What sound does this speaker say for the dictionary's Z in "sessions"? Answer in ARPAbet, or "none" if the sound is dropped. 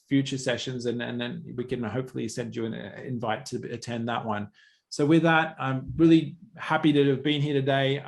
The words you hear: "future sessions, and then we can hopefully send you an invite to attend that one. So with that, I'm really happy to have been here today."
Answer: Z